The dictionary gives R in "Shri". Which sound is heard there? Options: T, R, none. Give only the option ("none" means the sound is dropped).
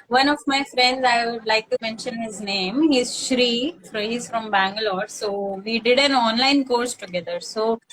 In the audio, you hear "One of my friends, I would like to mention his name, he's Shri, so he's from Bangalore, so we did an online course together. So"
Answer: R